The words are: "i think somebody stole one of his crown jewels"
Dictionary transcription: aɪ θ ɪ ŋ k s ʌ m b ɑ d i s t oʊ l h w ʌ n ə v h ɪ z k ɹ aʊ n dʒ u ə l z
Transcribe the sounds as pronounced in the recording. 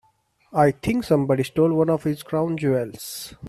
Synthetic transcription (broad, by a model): aɪ t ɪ ŋ k s ʌ m b ɑ d i s t oʊ l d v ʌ n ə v h ɪ z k ɹ aʊ n dʒ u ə l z